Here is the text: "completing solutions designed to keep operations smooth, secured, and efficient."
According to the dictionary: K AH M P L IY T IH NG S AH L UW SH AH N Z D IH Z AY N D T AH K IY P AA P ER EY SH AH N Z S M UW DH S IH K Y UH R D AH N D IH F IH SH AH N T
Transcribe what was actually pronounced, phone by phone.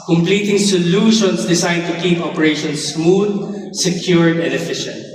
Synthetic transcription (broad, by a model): K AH M P L IY T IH NG S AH L UW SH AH N S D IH S AY D T AH K IY P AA P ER EY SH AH N S M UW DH S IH K Y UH R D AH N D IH F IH SH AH N T